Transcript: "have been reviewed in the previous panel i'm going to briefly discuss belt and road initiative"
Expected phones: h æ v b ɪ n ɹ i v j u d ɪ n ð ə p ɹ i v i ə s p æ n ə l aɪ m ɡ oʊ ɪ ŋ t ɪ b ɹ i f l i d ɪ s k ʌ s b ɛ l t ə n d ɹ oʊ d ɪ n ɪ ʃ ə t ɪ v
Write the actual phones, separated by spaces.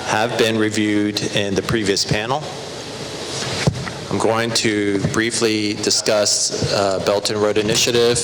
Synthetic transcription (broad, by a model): h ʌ v b ɪ n ɹ i v j u d ɪ n ð ə p ɹ i v i ə s p æ n l aɪ m ɡ oʊ ɪ ŋ t ɪ b ɹ i f l i d ɪ s k ʌ s b ɛ l t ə n ɹ oʊ d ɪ n ɪ ʃ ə t ɪ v